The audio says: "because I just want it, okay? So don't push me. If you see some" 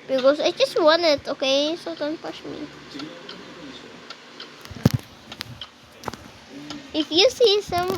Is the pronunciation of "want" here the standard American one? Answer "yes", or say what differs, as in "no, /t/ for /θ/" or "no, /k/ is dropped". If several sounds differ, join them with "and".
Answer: no, /t/ is dropped